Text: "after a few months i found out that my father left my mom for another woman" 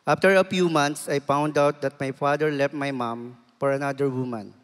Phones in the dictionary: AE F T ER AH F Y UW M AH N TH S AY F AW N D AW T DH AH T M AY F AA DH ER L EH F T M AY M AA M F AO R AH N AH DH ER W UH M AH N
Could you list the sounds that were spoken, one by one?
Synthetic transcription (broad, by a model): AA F T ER AH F Y UW M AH N T S AY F AW N D AW T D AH T M AY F AA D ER L EH F T M AY M AA M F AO R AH N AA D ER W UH M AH N